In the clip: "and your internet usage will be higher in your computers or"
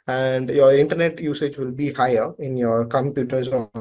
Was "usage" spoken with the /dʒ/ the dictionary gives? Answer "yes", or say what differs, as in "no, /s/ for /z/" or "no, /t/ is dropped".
yes